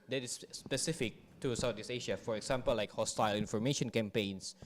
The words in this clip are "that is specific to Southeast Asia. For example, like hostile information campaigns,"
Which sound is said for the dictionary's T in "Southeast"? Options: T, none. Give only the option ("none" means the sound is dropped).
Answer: none